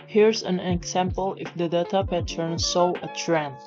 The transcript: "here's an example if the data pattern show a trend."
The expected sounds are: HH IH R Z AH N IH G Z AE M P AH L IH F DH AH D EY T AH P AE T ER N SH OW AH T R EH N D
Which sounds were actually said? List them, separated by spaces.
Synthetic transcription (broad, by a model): HH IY R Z AH N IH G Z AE M P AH L IH F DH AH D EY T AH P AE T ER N S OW AH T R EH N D